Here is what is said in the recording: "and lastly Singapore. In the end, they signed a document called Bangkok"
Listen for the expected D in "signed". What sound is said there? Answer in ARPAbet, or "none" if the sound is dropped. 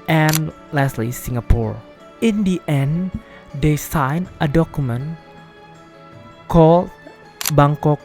none